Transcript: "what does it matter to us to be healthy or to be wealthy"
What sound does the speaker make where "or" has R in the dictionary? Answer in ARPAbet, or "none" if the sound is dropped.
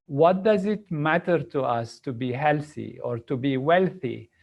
R